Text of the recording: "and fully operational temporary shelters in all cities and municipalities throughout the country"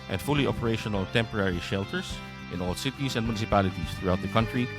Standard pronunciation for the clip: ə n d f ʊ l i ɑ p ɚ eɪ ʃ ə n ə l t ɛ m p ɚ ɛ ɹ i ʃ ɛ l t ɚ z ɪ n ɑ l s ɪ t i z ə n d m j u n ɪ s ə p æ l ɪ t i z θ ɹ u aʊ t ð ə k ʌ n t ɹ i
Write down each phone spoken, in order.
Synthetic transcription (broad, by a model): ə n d f ʊ l i ɑ p ɚ eɪ ʃ ə n ə l t ɛ m p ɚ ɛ ɹ i ʃ ɛ l t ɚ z ɪ n ɑ l s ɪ t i s ə n d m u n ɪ s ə p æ l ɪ t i s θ ɹ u aʊ t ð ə k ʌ n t ɹ i